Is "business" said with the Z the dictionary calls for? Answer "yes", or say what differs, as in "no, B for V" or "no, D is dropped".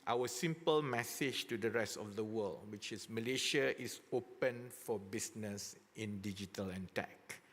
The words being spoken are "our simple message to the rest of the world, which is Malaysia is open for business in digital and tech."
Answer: no, S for Z